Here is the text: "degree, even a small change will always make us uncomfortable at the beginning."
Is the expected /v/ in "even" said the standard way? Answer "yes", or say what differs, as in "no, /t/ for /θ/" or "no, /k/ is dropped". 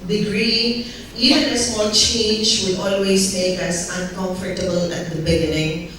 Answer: no, /v/ is dropped